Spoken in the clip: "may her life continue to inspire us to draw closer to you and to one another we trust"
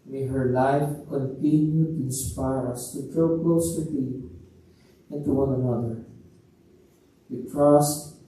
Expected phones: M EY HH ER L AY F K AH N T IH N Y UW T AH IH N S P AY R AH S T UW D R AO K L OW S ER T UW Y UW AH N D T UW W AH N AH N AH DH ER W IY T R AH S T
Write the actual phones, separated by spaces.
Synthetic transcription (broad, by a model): M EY HH ER L AY F K AH N T IH N Y UW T IH N S P AY R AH S T UW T R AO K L OW S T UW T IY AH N T UW W AH N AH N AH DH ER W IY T R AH S T